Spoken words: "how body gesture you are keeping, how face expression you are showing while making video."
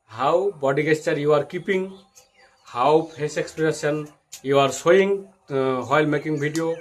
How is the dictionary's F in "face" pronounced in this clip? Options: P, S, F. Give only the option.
P